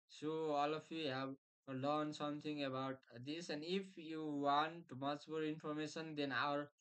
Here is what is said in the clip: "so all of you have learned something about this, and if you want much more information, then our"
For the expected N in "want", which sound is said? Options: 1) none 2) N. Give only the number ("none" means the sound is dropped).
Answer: 2